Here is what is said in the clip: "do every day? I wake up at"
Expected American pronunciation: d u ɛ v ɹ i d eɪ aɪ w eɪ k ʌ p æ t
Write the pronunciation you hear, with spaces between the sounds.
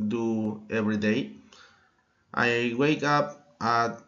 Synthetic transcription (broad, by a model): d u ɛ v ɹ i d eɪ aɪ w eɪ k ʌ p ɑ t